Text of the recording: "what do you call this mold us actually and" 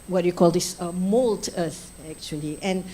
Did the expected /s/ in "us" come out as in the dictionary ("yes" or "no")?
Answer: no